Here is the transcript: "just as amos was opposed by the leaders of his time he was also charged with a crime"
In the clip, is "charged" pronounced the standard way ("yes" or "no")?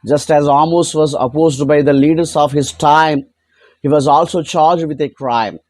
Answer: yes